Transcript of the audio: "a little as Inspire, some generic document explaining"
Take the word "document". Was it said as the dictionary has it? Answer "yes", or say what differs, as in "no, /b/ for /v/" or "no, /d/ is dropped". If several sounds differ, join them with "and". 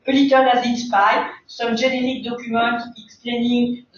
no, /n/ is dropped